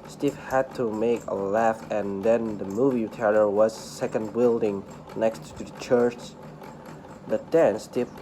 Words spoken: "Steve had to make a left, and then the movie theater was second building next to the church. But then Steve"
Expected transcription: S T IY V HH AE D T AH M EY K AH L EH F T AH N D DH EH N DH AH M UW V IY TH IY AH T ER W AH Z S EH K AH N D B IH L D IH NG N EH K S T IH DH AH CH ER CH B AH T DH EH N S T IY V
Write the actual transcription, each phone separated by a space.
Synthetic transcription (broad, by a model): S T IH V HH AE D T AH M EY K AH L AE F AH N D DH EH N DH AH M UW V IY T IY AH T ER W AH Z S EH K AH N D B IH L D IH NG N EH K S T IH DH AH CH ER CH B AH T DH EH N S T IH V